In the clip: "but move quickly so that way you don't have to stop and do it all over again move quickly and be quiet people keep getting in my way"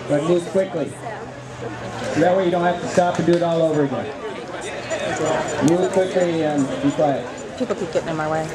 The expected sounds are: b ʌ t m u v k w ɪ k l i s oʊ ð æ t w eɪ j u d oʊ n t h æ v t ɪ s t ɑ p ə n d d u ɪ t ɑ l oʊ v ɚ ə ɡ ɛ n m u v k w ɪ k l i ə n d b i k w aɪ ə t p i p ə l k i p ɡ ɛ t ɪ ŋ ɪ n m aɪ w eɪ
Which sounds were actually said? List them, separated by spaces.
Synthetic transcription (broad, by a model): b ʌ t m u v k w ɪ k l i s oʊ ð æ t w eɪ j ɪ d oʊ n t h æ f t ɪ s t ɑ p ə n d d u ɪ t ɑ l oʊ v ɚ ə ɡ ɛ n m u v k w ɪ k l i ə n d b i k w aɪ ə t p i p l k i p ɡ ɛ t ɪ ɪ n m aɪ w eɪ